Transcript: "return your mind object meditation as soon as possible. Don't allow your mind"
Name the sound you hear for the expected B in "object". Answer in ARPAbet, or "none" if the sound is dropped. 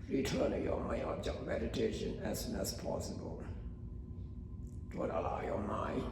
none